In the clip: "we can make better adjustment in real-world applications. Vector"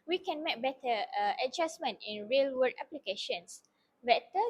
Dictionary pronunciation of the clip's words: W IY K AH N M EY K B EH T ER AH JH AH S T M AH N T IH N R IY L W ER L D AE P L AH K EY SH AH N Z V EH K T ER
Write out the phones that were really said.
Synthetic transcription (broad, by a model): W IY K AH N M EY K B EH T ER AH JH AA S M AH N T IH N R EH L W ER D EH P L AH K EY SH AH N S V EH T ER